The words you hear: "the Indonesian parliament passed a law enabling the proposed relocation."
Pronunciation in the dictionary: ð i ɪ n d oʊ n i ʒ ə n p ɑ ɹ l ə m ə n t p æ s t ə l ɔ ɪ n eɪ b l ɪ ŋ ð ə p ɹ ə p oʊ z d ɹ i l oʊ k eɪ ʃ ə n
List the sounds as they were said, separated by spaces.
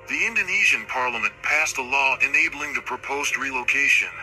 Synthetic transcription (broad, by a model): ð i ɪ n d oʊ n i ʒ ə n p ɑ ɹ l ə m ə n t p æ s t ə l ɔ ɪ n eɪ b l ɪ ŋ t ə p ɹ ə p oʊ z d ɹ i l oʊ k eɪ ʃ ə n